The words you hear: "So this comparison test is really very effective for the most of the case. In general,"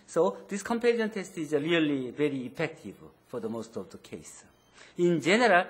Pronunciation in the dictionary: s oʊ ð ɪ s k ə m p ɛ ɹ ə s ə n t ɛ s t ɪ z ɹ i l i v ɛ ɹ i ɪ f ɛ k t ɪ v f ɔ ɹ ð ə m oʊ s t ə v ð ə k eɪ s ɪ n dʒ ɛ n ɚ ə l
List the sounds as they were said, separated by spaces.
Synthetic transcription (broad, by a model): s oʊ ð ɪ s k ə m p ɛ l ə ə n t ɛ s t ɪ z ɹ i l i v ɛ ɹ i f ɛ k t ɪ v f ɔ ɹ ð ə m oʊ s t ə v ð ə k eɪ s ɪ n dʒ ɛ n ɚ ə l